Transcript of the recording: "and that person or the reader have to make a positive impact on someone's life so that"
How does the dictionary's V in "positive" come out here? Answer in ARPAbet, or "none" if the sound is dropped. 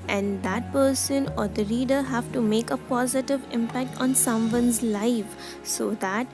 V